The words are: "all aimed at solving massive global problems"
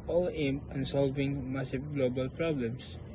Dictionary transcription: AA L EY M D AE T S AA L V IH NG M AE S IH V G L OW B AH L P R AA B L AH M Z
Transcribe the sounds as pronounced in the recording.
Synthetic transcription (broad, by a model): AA L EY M AE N S AA L V IH NG M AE S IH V G L OW B AH L P R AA B L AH M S